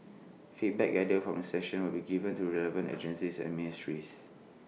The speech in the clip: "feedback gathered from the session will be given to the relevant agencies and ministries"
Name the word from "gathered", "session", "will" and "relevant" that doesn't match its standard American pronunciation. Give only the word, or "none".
gathered